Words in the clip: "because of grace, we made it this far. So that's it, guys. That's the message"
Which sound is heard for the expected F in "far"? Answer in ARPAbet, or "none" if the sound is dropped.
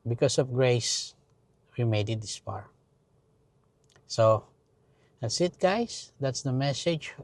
P